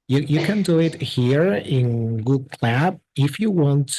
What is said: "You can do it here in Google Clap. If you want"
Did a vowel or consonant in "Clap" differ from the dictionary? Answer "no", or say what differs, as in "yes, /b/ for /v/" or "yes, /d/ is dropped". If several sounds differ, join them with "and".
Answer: yes, /b/ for /p/